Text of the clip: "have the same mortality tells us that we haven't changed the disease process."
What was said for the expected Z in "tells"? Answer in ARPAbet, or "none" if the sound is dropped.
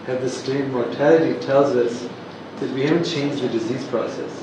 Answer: Z